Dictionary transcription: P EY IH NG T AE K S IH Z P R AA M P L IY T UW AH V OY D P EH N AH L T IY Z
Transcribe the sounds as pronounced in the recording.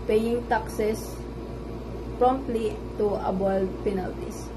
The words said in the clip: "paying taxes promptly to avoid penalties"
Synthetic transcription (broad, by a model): P EY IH NG T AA K S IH S P R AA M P L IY T UW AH B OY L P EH N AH L T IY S